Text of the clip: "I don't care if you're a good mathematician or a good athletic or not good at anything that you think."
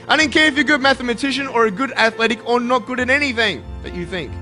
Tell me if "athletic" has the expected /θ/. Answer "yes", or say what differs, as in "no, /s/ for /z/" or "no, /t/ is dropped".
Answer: yes